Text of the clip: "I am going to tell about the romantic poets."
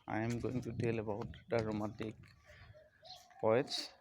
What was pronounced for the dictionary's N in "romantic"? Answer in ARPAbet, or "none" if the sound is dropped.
none